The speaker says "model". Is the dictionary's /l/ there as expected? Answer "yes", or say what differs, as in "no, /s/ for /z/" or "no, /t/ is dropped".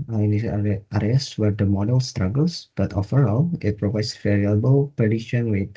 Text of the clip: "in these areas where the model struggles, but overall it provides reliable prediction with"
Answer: yes